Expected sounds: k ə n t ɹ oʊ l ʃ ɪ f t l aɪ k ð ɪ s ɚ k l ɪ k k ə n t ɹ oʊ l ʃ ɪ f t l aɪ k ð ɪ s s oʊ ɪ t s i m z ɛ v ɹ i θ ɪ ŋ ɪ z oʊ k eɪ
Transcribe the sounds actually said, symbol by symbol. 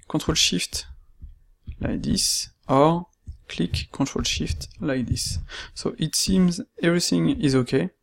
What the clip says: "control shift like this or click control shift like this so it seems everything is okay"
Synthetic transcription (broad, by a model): k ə t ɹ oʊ l ʃ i f t l aɪ k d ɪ s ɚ k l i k k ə t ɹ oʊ l ʃ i f t l aɪ k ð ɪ s s oʊ ɪ t s i m z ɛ v ɹ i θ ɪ ŋ ɪ z oʊ k eɪ